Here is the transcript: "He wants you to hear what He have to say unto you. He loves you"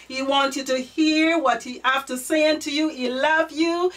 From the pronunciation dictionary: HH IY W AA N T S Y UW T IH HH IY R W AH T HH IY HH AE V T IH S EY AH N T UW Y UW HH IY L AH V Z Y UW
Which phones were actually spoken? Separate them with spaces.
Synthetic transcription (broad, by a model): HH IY W AA N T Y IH T IH HH IY R W AH T HH IY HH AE F T IH S EY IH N T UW Y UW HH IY L AH V Y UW